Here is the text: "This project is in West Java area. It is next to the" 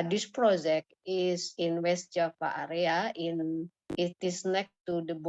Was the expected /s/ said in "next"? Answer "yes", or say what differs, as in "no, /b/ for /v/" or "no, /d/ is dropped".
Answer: no, /s/ is dropped